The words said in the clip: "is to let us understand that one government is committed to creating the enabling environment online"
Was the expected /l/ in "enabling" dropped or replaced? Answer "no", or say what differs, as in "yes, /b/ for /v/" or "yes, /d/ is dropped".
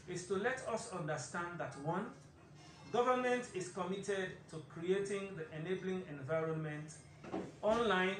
no